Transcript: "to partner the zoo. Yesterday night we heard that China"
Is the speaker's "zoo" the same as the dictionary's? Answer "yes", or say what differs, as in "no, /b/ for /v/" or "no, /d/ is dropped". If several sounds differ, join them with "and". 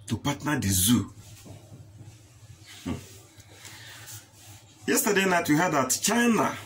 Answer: yes